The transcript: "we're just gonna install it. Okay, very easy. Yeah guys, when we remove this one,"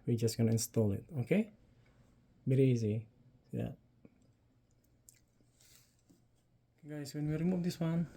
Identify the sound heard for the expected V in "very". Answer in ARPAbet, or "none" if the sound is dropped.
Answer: B